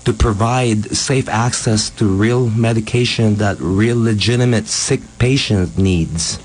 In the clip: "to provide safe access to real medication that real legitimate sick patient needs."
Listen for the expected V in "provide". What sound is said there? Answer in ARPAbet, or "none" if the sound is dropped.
V